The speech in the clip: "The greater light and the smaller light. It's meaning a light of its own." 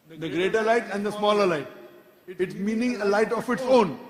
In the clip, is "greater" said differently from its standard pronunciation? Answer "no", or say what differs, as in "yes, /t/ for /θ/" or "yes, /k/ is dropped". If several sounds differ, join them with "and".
no